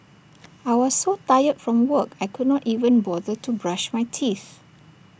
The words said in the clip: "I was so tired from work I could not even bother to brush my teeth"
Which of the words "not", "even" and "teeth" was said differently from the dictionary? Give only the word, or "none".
none